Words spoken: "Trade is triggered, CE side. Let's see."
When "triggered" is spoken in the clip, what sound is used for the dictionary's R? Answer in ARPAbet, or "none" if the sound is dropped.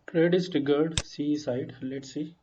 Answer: none